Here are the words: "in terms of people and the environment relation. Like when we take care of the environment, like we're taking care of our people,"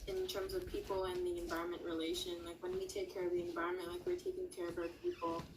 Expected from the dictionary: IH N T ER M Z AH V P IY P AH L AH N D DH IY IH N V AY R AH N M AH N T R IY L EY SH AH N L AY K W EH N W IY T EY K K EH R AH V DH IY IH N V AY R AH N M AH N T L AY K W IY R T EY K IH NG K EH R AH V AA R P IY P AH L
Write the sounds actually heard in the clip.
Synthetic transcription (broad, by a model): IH N T ER M Z AH V P IY P L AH N DH IY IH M V AY R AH N M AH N T R IY L EY SH AH N L AY K W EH N W IY T EY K K EH R AH V DH IY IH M V AY R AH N M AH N T L AY K W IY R T EY K IH NG K EH R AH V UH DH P IY P L